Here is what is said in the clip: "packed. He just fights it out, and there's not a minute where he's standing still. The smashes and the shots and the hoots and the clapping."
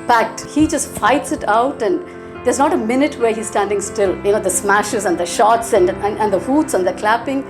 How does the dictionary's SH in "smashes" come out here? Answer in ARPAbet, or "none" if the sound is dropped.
SH